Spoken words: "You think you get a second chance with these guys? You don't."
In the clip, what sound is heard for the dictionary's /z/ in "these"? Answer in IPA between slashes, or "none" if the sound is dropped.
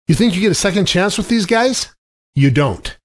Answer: /z/